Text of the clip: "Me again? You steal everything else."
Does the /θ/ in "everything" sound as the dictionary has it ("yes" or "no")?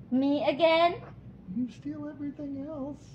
yes